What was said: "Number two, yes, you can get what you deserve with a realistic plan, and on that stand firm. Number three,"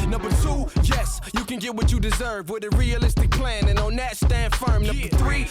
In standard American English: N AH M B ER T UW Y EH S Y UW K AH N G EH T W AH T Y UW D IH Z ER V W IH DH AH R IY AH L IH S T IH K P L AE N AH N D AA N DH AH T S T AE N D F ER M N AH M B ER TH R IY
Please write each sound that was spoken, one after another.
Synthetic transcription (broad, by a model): N AH M B ER T UW Y EH S Y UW K AH N G EH T W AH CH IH D IH Z ER V W IH DH AH R IY AH L IH S T IH K P L AE N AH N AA N DH AH T S T AE N D F ER M N AH M B ER TH R IY